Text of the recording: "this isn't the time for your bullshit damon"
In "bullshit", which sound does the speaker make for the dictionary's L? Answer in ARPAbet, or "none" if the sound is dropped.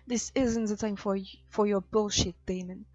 L